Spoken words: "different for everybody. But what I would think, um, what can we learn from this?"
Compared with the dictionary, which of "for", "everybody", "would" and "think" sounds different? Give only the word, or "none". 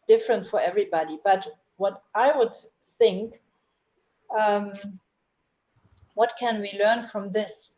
none